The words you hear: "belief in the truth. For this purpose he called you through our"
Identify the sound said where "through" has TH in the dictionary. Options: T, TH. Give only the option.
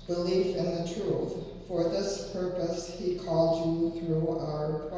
TH